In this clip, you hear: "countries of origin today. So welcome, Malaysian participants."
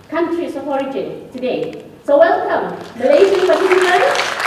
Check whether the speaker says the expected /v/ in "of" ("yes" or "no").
no